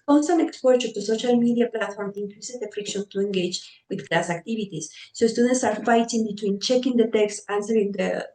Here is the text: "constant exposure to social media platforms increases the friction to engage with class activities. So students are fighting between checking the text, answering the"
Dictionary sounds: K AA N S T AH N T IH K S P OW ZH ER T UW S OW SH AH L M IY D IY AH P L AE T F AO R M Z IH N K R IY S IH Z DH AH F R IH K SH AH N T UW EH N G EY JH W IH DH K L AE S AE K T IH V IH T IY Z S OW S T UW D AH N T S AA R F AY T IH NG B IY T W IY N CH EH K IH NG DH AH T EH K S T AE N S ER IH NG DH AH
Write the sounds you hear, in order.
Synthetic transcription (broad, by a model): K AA N S T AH N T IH K S P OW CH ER T UW S OW SH AH L M IY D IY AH P L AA T F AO R M IH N K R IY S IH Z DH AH F R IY K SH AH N T UW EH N G EY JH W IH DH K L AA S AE K T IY B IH T IY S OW S T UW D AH N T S AA R F AY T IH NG B IY T W IY N CH EH K IH NG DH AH T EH K S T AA N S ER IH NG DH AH